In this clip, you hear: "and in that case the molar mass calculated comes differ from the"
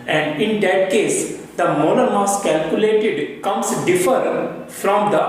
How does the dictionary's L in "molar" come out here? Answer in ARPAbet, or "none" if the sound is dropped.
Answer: N